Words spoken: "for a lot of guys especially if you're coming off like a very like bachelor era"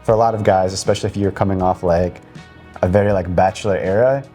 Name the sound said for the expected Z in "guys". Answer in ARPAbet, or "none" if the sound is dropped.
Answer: Z